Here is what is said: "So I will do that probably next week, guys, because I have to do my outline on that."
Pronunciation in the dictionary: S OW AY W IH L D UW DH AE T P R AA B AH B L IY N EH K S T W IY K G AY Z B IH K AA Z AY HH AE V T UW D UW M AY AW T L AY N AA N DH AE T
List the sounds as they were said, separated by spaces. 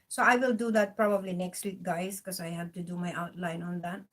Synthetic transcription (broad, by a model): S OW AY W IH L D UW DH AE T P R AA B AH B L IY N EH K S T W IY K G AY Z K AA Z AY HH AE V T UW D UW M AY AW T L AY N AA N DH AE T